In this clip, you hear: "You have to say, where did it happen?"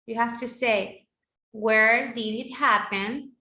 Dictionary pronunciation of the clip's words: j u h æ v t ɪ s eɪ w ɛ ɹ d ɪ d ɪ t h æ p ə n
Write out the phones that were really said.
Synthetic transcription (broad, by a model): j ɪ h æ f t ɪ s eɪ w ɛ ɹ d ɪ d ɪ t h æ p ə n